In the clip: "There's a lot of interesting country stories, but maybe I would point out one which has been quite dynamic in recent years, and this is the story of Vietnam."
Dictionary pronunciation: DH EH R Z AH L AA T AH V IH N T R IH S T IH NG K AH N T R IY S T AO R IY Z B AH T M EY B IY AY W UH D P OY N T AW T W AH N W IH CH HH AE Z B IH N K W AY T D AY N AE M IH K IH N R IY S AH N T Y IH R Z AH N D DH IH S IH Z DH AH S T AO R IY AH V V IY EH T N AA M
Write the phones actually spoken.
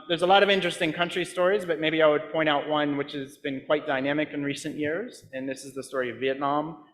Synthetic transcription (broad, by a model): DH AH R Z AH L AA T AH V IH N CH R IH S T IH NG K AH N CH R IY S T AO R IY Z B AH T M EY B IY AY W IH D P OY T AW T W AH N W IH CH HH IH Z B IH N K W AY T D AY N AE M IH K IH N R IY S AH N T Y IH R Z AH N DH IH S IH Z DH AH S T AO R IY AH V V IY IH T N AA M